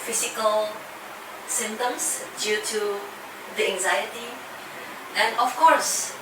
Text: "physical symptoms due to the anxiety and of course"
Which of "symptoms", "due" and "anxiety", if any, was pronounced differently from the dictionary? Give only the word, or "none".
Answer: symptoms